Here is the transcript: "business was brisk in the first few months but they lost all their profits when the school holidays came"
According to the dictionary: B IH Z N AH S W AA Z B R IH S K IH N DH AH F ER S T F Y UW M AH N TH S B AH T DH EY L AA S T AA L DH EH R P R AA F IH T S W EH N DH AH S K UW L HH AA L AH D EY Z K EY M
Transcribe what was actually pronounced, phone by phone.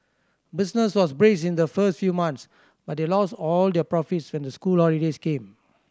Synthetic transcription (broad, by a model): B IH S N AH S W AA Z B R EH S IH N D AH F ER S T F Y UW M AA N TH S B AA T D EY L AA S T AA L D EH P R AA F IH T S W EH N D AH S K UW L HH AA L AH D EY S K EY M